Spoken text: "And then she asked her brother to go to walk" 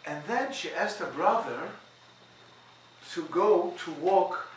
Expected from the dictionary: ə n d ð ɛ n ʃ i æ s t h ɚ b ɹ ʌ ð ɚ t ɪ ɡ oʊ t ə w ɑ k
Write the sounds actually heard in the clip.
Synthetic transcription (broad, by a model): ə n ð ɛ n ʃ i æ s t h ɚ b ɹ ʌ ð ɚ t ɪ ɡ oʊ t ə w ɑ k